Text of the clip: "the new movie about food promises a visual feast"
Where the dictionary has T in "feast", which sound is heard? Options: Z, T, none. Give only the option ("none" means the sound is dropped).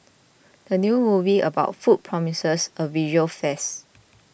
none